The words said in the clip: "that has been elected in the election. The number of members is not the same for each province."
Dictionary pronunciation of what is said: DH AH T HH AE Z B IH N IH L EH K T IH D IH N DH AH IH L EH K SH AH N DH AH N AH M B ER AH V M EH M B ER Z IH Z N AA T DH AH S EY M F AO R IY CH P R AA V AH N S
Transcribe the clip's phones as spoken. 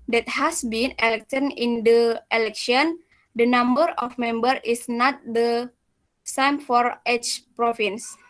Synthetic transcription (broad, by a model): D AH T HH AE S B IH N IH L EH K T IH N IH N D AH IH L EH K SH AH N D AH N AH M B ER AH F M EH M B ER IH S N AA T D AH S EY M F AO R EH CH P R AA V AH N S